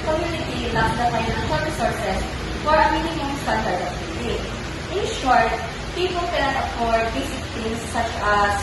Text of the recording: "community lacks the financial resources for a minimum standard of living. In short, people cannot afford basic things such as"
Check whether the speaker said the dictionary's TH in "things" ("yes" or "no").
no